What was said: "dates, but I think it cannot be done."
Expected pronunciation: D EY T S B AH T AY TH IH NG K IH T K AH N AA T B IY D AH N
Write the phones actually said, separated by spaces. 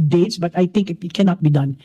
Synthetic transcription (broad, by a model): D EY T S B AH T AY T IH NG K IH T K AH N AA T B IY D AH N